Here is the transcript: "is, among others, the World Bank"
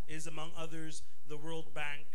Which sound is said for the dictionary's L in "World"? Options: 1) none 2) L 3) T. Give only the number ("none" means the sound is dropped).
2